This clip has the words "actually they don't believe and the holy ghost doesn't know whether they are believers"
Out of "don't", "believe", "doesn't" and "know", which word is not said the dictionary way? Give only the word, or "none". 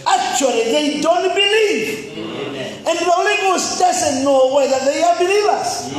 doesn't